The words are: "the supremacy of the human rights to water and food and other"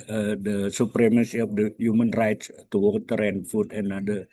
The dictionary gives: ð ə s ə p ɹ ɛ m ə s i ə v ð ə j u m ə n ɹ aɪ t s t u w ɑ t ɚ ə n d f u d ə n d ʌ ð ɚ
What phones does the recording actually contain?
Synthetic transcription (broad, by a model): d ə s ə p ɹ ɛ m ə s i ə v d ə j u m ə n ɹ aɪ t s t u w ɑ t ɚ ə n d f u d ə n d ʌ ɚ